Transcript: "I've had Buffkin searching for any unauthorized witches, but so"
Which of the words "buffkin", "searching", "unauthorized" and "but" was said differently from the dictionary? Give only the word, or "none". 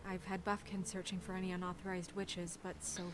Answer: none